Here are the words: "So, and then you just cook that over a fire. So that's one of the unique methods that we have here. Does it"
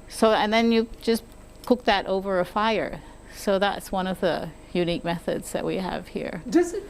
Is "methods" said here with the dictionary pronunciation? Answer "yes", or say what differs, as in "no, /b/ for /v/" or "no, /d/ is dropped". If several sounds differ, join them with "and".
yes